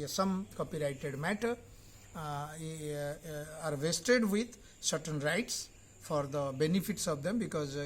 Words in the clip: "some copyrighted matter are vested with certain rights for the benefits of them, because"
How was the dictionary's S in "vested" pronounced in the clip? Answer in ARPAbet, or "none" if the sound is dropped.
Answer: S